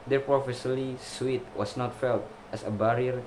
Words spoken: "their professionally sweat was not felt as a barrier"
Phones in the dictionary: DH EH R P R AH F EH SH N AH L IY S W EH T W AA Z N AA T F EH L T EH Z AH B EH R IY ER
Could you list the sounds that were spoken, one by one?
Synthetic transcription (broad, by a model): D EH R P R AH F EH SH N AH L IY S W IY T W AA S N AA T F EH L T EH S AH B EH R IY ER